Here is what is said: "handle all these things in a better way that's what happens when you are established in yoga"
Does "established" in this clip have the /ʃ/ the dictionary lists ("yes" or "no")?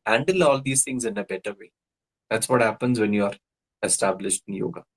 yes